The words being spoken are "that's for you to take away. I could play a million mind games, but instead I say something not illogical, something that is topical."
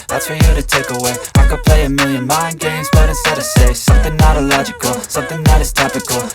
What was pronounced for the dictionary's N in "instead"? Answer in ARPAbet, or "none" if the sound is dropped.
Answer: none